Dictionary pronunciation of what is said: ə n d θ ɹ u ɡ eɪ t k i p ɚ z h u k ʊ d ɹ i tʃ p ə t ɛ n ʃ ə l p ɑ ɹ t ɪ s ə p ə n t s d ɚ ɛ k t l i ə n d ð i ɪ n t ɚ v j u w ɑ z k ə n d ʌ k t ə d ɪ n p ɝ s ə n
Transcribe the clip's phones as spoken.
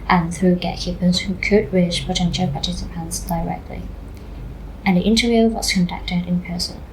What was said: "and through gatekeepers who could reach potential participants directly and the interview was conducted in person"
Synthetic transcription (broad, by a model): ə n θ ɹ u ɡ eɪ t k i p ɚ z h u k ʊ d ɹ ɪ ʃ p ə t ɛ n ʃ ə l p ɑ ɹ t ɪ s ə p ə n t s d ɚ ɛ k t l i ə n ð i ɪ n t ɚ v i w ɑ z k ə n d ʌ k t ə d ɪ n p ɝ s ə n